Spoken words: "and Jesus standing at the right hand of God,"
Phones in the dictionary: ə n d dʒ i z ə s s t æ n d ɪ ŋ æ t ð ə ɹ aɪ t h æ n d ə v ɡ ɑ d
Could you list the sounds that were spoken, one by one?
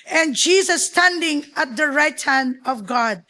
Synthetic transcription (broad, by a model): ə n dʒ i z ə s s t æ n d ɪ ŋ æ t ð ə ɹ aɪ t h æ n d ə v ɡ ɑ d